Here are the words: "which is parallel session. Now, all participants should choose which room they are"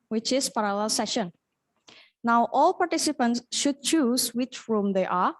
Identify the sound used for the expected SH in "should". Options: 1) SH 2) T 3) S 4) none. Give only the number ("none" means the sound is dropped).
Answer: 1